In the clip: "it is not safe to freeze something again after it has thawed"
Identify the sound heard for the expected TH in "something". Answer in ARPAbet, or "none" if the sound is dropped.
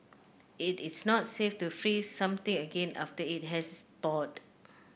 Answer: T